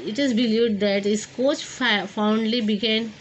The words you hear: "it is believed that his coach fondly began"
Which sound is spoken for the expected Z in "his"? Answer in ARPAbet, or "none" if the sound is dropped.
S